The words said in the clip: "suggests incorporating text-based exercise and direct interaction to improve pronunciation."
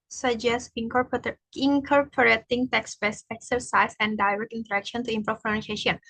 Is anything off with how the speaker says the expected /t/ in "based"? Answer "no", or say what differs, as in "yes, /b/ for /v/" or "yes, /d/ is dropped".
yes, /t/ is dropped